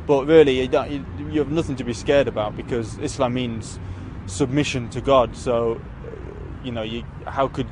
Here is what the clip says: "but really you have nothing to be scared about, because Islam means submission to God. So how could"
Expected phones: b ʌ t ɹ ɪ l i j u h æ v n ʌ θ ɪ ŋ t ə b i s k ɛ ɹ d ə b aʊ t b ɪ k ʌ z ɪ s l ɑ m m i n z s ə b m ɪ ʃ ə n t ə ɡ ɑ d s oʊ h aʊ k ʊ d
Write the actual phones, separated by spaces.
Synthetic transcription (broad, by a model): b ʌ t ɹ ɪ l i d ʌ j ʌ v n ʌ θ ɪ ŋ t ə b i s k ɛ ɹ d ə b aʊ t b ɪ k ʌ z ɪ s l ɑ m m i n z s ə b m ɪ ʃ ə n t ə ɡ ɑ d s oʊ h aʊ k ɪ d